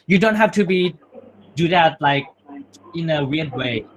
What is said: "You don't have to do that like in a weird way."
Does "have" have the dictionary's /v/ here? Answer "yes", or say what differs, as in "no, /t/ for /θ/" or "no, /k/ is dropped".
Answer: no, /f/ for /v/